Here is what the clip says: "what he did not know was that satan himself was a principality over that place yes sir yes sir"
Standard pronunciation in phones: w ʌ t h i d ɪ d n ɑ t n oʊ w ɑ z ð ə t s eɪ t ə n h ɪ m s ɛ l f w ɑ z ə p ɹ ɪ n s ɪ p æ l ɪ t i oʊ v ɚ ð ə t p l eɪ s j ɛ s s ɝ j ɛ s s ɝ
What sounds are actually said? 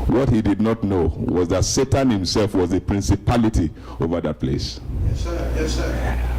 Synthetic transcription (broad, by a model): w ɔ t h i d ɪ d n ɑ t n oʊ w ɑ z ð ə t s eɪ t ə n h ɪ m s ɛ l f w ɑ z ə p ɹ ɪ n s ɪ p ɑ l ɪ t i oʊ v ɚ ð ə t p l eɪ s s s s s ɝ